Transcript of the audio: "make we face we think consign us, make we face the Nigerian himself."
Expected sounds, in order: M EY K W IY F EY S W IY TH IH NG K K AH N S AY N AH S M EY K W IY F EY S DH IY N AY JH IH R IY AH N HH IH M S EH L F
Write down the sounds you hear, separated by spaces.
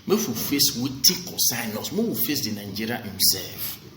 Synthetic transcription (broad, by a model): M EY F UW F EY S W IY T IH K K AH S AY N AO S M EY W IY F EY S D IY N AY JH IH R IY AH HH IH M S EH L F